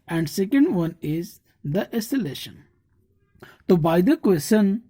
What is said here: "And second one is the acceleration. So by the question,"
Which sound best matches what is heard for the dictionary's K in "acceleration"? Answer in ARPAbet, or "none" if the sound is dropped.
none